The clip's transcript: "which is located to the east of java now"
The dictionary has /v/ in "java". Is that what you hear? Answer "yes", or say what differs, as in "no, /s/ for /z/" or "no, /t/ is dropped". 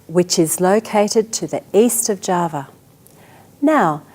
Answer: yes